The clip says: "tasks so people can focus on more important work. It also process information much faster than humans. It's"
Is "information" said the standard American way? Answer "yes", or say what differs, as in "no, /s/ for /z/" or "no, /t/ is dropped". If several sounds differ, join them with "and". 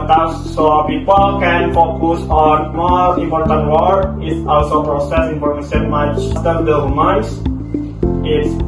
no, /p/ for /f/ and /s/ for /ʃ/